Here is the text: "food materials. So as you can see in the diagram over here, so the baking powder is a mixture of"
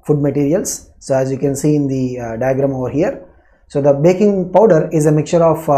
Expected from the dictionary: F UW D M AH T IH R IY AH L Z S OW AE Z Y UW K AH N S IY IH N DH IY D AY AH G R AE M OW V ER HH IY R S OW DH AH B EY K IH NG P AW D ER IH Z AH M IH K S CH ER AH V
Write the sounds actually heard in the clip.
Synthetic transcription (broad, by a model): F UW D M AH T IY R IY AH L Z S OW AE Z Y UW K AH N S IY IH N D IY D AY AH G R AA M OW V ER HH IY R S OW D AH B EY K IH NG P AW D ER IH Z AH M IH K S CH ER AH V